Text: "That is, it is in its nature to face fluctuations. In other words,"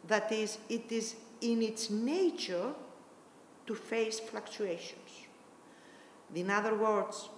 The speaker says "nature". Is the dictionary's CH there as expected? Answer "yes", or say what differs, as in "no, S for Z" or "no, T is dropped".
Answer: yes